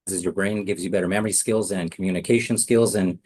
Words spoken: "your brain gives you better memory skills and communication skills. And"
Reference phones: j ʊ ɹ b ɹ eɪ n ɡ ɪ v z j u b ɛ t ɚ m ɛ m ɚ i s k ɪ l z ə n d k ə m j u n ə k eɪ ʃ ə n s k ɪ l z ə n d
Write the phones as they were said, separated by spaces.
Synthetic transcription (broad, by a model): j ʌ ɹ b ɹ eɪ n ɡ ɪ v z j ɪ b ɛ t ɚ m ɛ m ɚ i s k ɪ l z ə n k m j u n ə k eɪ ʃ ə n s k ɪ l z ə n